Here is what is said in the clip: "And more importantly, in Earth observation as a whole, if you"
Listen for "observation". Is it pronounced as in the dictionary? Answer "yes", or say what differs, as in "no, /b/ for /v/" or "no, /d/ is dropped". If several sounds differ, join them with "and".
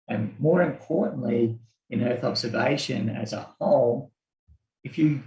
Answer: yes